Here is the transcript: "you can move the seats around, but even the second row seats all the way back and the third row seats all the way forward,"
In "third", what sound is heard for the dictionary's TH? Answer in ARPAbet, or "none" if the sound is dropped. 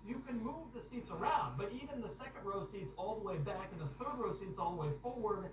TH